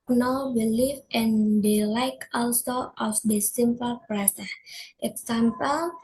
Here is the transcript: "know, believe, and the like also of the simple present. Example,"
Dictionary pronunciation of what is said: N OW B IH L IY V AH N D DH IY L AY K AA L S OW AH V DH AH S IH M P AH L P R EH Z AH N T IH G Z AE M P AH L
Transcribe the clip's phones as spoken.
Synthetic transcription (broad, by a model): N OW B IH L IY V AH N D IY L AY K AA L S OW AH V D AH S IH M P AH L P R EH S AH T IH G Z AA M P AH L